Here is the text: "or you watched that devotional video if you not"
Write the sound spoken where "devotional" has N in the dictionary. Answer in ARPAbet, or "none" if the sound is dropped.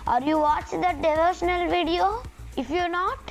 N